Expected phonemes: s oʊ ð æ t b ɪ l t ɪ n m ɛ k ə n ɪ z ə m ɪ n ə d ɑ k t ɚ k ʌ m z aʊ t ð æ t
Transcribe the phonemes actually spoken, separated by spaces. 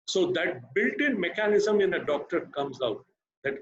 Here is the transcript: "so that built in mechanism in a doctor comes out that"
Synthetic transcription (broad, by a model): s oʊ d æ t b ɪ l t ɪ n m ɛ k ə n ɪ z ə m ɪ n ə d ɑ k t ɚ k ʌ m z aʊ t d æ t